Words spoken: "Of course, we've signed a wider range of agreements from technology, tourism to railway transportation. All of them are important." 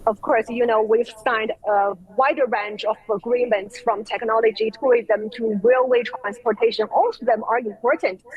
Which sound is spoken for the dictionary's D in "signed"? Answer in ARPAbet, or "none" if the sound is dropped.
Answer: D